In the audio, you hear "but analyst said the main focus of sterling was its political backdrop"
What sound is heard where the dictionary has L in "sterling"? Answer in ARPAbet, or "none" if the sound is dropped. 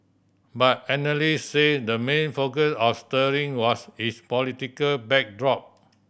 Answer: none